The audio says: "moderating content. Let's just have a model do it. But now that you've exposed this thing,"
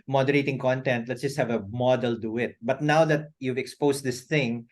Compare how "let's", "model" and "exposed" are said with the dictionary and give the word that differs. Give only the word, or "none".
exposed